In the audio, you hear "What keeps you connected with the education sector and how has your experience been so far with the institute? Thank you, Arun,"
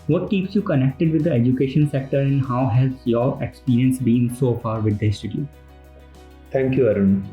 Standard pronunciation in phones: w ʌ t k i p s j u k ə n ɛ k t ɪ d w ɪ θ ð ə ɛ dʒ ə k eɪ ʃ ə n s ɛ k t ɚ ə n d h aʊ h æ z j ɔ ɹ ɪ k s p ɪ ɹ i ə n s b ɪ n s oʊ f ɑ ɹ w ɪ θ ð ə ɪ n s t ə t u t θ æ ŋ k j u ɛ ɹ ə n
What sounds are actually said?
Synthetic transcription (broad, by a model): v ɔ t k i p s j u k ə n ɛ k t ɪ d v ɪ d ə ɛ dʒ ə k eɪ ʃ ə n s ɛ k t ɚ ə n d h aʊ h æ z j ɔ ɹ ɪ k s p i ɹ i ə n s b ɪ n s oʊ f ɑ ɹ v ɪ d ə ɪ s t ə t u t t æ ŋ k j u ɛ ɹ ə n